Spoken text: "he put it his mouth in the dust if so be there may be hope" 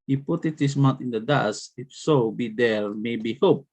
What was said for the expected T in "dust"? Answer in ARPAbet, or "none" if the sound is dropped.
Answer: none